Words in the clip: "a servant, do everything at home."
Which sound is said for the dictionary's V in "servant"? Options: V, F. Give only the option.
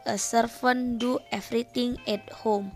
F